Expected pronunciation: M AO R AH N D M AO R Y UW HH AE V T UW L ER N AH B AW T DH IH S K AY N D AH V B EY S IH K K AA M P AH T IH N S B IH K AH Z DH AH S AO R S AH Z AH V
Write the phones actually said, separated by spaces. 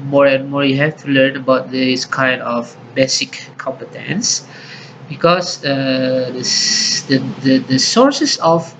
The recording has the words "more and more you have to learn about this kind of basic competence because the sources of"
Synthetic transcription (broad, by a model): M AO R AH N M AO R Y UW HH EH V T UW L ER N AH B AW T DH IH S K AY N D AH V B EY S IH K K AA M P AH T IH N S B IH K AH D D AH S AO R S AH S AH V